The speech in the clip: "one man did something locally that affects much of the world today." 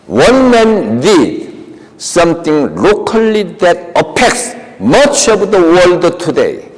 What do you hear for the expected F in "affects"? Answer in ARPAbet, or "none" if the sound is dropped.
P